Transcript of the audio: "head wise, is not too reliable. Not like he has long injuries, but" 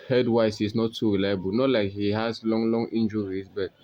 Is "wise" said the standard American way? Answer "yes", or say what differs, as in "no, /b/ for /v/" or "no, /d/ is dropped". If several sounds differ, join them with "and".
no, /s/ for /z/